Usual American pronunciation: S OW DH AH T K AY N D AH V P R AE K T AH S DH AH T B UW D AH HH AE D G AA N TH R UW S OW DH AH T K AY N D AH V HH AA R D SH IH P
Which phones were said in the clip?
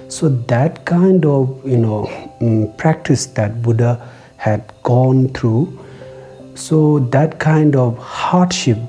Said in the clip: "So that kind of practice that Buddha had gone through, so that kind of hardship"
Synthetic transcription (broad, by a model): S OW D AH T K AY N D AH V P R AE K T AH S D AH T B UW D AH HH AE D G AA N T R UW S OW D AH T K AY N D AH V HH AA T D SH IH P